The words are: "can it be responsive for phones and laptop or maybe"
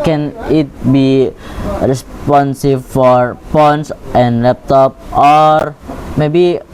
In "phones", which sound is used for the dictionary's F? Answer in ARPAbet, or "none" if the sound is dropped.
P